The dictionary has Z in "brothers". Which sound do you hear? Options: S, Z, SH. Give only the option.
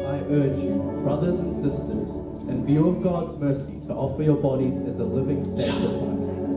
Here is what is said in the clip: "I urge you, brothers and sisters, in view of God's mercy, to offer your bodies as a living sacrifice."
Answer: Z